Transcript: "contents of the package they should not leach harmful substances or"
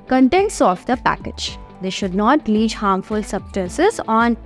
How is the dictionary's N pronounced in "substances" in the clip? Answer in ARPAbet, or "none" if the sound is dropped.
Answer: none